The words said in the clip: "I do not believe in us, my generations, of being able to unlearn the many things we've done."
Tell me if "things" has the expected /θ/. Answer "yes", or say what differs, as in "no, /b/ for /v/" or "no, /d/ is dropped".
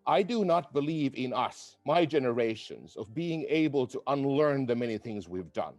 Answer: yes